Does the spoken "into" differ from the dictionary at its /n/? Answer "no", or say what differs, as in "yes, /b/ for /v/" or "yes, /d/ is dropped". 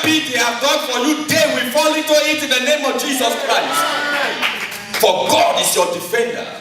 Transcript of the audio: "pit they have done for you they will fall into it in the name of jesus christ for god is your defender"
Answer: yes, /n/ is dropped